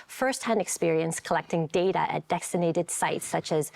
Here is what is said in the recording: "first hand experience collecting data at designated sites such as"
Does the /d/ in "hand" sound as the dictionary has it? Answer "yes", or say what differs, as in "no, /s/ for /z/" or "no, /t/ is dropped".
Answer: yes